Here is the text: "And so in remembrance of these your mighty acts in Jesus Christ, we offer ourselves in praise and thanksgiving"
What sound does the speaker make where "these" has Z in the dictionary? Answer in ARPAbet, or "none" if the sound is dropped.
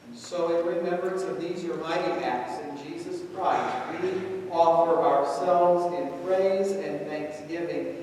Z